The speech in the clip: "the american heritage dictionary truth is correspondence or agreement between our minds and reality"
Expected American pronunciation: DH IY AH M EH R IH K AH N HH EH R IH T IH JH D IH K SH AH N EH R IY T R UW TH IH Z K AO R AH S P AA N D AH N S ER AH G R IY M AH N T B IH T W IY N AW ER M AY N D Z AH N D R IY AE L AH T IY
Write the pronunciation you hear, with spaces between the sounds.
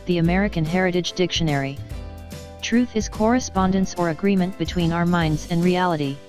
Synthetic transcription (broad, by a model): DH IY AH M EH R IH K AH N HH EH R IH T IH JH D IH K SH AH N EH R IY T R UW TH IH Z K AO R AH S P AA N D AH N S ER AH G R IY M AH N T B IH T W IY N AW ER M AY N D Z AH N R IY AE L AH T IY